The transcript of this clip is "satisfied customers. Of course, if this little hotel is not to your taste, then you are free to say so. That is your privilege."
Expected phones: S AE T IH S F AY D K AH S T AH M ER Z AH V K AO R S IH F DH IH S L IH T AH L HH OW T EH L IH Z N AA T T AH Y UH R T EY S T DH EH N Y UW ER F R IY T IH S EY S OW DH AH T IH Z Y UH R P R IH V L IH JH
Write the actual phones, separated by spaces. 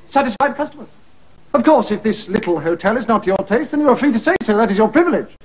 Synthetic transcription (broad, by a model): S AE T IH S F AY D K AH S T AH M ER Z AH V K AO R S IH F DH IH S L IH T L HH OW T EH L IH Z N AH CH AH R T EY S T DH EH N Y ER F R IY T IH S EY S OW DH AH T IH Z Y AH R P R IH V L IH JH